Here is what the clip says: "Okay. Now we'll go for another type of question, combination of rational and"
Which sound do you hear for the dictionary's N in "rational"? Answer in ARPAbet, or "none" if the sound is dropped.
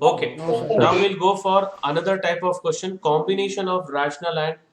N